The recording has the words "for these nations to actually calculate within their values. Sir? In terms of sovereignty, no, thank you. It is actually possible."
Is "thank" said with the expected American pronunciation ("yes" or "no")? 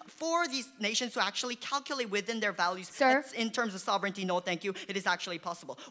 yes